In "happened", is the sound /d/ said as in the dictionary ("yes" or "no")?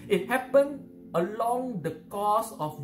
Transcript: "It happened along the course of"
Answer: no